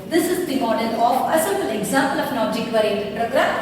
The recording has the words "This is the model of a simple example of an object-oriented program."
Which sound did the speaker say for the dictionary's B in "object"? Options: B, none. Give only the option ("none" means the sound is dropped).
none